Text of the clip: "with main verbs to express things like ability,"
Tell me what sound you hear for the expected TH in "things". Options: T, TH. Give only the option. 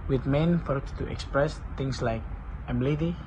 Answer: T